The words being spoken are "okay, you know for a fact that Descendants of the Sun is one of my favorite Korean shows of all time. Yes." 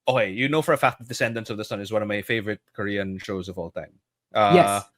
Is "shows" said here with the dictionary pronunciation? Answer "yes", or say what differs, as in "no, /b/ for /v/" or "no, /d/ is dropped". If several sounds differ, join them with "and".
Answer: yes